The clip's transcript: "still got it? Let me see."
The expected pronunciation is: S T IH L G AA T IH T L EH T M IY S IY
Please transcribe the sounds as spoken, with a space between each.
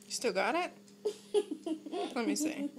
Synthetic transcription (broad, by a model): S T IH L G AA T IH T L EH T M IY S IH